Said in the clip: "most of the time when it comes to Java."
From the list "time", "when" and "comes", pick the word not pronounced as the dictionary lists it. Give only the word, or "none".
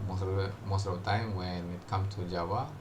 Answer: comes